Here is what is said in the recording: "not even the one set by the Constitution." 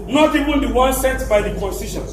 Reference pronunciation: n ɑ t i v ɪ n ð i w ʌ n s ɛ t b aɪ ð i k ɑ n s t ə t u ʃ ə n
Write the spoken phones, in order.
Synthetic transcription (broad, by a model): n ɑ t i w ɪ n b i w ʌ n s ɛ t b aɪ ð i k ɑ n s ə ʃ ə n